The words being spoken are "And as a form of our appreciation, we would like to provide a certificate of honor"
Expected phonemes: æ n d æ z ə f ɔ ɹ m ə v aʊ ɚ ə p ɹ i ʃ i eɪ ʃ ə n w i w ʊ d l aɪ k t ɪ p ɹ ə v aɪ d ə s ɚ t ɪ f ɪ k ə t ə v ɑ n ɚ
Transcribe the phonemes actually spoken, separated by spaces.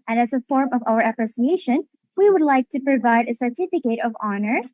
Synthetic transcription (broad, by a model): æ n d æ z ə f ɔ ɹ m ə v aʊ ɚ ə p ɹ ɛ s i eɪ ʃ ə n w i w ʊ d l aɪ k t ɪ p ɹ ə v aɪ d ə s ɚ t ɪ f ɪ k ə t ə v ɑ n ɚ